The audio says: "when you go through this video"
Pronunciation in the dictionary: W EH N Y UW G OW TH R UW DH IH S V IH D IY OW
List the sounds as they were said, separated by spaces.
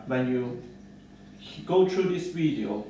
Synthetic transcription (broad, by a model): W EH N Y UW G OW T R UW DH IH S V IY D IY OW